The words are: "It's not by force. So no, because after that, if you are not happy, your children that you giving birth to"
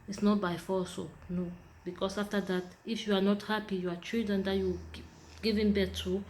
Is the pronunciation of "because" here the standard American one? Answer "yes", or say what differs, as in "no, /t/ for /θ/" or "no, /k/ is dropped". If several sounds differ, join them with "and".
no, /s/ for /z/